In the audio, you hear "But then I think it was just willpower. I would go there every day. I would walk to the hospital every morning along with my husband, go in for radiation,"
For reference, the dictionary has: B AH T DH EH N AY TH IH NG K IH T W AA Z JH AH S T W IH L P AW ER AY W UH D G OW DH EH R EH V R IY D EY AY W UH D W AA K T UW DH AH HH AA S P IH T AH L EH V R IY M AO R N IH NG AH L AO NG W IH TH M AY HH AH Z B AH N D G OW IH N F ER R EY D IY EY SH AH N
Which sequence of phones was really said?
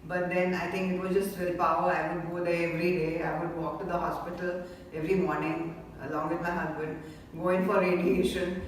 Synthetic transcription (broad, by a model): B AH T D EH N AY T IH NG K IH T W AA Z JH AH S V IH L P AW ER AY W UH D G OW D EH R EH V R IY D EY AY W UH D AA K T UW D AH HH AA S P IH T AH L EH V R IY M AO R N IH NG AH L AO NG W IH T M AY HH AH Z B AH N D G OW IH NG F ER R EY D IY EY SH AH N